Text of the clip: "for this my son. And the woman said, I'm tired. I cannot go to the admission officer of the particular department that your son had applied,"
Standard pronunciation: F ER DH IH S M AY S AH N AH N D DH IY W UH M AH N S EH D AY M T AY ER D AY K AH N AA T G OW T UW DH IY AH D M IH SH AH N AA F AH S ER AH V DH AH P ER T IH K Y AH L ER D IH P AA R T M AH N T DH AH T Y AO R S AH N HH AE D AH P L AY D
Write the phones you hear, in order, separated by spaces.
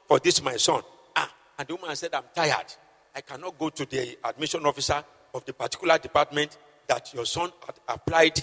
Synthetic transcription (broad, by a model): F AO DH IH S M AY S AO N AH N D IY W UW M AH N S EH D AY M T AY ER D AY K AH N AA T G OW T UW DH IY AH D M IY SH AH N AA F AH S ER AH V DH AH P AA T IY K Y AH L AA D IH P AA T M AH N T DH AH T Y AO S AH N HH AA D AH P L AY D